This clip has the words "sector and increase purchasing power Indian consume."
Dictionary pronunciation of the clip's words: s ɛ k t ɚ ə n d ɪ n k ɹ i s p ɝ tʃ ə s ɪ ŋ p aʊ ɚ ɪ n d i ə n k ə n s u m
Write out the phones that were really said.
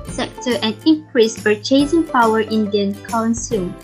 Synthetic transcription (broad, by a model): s ɛ k t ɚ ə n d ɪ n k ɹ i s f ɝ tʃ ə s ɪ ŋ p aʊ ɚ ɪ n d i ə n k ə n s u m